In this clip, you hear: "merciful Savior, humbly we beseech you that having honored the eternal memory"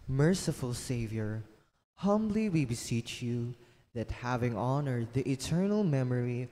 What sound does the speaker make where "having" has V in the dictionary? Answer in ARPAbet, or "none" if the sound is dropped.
V